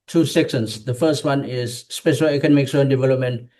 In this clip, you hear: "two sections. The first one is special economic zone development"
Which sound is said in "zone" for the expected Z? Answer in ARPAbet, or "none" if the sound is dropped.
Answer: S